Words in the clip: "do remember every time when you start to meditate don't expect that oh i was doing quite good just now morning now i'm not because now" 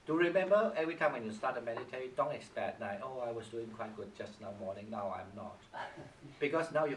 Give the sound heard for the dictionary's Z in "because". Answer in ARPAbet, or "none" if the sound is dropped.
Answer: S